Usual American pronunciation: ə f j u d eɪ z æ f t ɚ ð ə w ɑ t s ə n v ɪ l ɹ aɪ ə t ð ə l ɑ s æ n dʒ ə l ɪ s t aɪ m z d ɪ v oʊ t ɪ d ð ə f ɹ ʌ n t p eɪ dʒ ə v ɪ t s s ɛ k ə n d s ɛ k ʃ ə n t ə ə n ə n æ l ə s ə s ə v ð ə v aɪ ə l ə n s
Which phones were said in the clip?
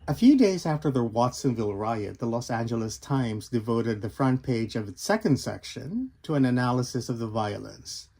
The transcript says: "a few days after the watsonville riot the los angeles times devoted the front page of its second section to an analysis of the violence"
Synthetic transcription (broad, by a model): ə f j u d eɪ z æ f t ɚ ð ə w ɑ t s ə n v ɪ l ɹ aɪ ə t ð ə l ɑ s æ n dʒ ə l ɪ s t aɪ m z d ɪ v oʊ t ɪ d ð ə f ɹ ʌ n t p eɪ dʒ ə v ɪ t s s ɛ k ə n d s ɛ k ʃ ə n t ə ə n ə n æ l ə s ə s ə v ð ə v aɪ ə l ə n s